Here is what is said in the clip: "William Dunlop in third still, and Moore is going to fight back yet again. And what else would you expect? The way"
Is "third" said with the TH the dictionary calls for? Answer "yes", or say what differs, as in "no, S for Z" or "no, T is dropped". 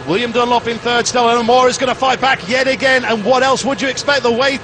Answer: yes